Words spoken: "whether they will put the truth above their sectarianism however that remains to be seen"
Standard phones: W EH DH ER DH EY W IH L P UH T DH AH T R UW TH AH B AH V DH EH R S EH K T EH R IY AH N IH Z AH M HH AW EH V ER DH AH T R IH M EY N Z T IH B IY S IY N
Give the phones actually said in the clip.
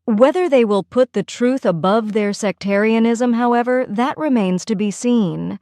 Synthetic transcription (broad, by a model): W EH DH ER DH EY W IH L P UH T DH AH T R UW TH AH B AH V DH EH R S EH K T EH R IY AH N IH Z AH M HH AW EH V ER DH AH T R IH M EY N Z T IH B IY S IY N